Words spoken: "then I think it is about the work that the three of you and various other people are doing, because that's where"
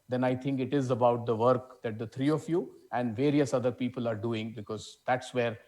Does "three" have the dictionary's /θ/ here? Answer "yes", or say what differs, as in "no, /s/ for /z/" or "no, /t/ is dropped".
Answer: no, /t/ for /θ/